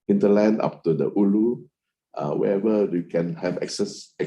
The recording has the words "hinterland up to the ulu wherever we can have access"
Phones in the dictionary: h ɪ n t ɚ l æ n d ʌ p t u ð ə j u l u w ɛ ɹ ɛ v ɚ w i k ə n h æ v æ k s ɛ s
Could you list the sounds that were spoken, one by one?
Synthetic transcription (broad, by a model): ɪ n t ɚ l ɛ n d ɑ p t u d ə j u l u w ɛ ɛ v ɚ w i k ə n h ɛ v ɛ k s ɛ s